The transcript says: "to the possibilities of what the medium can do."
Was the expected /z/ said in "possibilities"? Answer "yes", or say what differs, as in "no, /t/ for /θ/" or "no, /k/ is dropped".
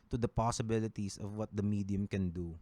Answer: no, /s/ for /z/